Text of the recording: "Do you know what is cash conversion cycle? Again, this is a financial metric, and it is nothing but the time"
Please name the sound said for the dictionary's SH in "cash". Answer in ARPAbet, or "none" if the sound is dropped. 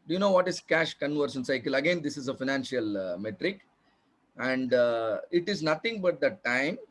SH